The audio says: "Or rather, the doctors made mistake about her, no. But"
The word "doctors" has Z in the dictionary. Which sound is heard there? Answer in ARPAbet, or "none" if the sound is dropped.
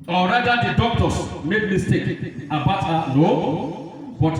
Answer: S